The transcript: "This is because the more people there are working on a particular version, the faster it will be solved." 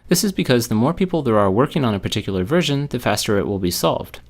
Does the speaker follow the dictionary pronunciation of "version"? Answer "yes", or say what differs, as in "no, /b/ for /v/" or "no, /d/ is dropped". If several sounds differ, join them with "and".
yes